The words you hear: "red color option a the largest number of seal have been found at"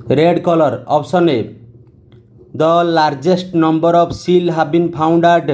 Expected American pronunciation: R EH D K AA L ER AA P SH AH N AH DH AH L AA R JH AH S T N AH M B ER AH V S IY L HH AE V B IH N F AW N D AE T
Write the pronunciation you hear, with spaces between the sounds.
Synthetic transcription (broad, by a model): R EH D K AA L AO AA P S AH N AH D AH L AA R JH AH S T N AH M B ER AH B S IY L HH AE B B IH N P AW N D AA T